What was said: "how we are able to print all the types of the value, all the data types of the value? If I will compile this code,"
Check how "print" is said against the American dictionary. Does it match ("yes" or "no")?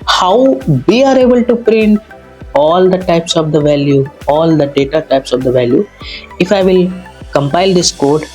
yes